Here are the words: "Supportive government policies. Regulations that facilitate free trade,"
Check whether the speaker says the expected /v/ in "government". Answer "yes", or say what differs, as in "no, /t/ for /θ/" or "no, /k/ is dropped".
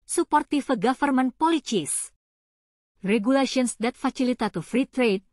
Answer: no, /f/ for /v/